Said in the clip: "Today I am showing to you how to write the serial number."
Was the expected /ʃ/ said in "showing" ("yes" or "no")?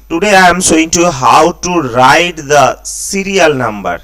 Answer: no